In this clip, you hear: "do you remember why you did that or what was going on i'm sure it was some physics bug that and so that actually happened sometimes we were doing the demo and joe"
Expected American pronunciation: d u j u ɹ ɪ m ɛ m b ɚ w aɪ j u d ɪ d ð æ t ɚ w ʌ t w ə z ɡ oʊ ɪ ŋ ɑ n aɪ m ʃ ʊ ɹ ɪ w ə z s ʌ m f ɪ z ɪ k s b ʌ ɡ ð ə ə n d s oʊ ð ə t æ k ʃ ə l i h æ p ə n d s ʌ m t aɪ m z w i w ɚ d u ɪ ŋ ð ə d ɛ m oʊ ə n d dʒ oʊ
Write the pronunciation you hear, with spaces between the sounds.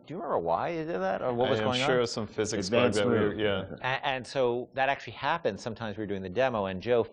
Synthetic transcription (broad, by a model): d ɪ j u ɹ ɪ m ɛ m b ɚ w aɪ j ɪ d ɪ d ð æ t ɚ w ʌ t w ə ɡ oʊ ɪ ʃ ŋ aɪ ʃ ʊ ɹ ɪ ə s ʌ m f ɪ z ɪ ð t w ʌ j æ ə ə n s oʊ ð ə t æ k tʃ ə l i h æ p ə n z s ʌ m t aɪ m z w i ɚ d u ɪ ŋ ð ə d ɛ m oʊ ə n dʒ oʊ